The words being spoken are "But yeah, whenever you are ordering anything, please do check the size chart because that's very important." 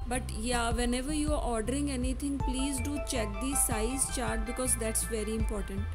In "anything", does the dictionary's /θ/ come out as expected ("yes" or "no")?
no